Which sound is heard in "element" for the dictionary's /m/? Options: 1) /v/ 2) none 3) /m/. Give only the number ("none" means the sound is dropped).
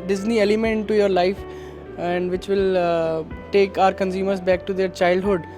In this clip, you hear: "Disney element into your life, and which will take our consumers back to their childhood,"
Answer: 2